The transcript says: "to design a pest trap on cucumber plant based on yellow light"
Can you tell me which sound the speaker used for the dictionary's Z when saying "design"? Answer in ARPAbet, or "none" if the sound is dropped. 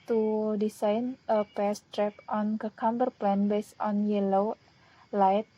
S